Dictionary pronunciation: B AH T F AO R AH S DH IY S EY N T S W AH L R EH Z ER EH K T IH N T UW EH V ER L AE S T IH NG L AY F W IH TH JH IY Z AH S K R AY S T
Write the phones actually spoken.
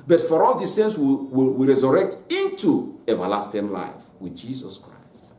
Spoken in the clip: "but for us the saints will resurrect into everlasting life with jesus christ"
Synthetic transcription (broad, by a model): B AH T F AO R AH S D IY S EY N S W W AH W R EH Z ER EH K T IH N T UW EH V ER L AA S T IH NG L AY F W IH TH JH IY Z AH S K R AY S T